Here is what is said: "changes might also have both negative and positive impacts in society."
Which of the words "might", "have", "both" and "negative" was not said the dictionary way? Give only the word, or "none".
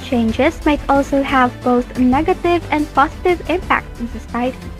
none